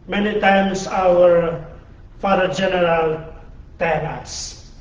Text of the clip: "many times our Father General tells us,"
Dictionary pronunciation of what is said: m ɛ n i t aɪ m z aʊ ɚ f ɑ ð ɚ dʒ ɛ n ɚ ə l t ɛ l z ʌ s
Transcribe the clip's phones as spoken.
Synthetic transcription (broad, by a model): m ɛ n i t aɪ m s aʊ ɚ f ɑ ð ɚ dʒ ɛ n ɚ ə l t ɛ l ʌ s